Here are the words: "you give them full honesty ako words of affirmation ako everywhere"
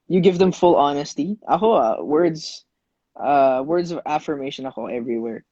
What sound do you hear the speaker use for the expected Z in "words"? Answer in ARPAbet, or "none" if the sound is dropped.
Z